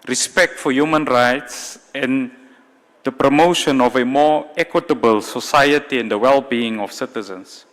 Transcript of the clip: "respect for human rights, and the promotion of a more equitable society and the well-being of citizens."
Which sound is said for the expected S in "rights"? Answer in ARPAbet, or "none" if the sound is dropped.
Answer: S